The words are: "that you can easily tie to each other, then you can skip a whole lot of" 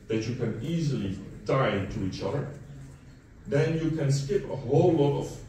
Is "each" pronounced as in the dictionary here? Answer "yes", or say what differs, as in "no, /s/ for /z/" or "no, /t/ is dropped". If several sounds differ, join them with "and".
yes